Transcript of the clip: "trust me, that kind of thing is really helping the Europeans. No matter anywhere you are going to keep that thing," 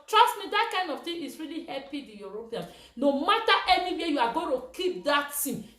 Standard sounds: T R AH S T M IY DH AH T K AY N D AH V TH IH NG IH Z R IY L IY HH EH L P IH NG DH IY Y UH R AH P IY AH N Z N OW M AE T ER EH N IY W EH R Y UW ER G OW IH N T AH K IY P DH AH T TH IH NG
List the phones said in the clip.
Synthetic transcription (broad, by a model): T R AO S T M IY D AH T K AY N D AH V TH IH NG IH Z R IY L IY HH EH P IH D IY Y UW R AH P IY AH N N OW M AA T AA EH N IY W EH Y UW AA G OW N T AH K IY P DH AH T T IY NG